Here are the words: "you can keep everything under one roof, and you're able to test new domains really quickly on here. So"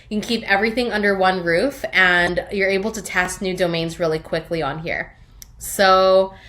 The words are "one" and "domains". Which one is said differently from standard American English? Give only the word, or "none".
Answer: none